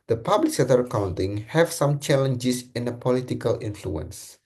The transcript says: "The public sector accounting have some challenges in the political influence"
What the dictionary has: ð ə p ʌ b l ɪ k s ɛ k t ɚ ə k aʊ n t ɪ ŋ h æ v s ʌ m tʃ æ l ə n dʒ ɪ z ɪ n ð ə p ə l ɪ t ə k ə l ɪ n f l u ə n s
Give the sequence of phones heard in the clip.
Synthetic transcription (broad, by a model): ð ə p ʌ b l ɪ k s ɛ t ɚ ə k aʊ n t ɪ ŋ h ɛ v s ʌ m tʃ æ l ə n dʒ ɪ s ɪ n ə p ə l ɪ t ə k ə l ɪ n f l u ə n s